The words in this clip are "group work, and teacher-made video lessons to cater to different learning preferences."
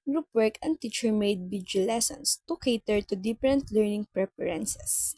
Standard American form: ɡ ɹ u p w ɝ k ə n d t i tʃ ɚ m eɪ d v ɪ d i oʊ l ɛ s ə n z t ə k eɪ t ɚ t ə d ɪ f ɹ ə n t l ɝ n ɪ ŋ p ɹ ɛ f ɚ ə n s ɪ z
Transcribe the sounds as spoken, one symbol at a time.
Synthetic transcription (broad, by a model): ɡ ɹ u p w ɝ k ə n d t i tʃ ɚ m eɪ d b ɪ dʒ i l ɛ s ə n s t ə k eɪ t ɚ t ə d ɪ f ɹ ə n t l ɝ n ɪ ŋ p ɹ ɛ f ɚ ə n s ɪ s